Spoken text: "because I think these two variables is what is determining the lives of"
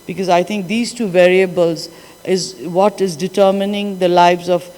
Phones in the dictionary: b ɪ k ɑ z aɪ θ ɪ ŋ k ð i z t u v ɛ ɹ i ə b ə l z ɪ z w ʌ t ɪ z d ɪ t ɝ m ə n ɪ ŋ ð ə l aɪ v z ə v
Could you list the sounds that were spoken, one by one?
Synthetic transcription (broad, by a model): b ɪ k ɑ z aɪ t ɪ ŋ k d i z t u v ɛ ɹ i ə b ə l z ɪ z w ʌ t ɪ z d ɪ t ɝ m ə n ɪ ŋ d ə l aɪ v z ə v